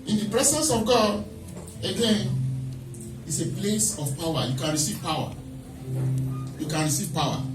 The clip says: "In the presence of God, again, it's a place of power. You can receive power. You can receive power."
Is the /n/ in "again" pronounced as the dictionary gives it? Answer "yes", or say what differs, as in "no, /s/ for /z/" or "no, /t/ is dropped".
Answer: yes